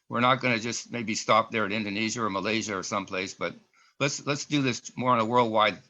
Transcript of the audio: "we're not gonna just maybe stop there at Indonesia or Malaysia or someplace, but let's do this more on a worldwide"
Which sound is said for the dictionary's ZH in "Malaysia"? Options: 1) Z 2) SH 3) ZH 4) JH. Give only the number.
3